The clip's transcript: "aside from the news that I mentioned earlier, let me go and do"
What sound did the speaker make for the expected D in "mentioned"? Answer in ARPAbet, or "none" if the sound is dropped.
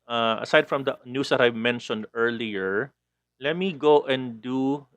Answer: D